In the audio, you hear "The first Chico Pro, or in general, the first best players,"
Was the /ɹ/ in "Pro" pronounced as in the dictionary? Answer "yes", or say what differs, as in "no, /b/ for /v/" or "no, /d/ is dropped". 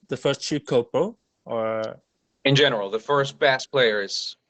no, /ɹ/ is dropped